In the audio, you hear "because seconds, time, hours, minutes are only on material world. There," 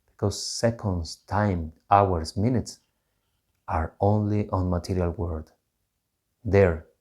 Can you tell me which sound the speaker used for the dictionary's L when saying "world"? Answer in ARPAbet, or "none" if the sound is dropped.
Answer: none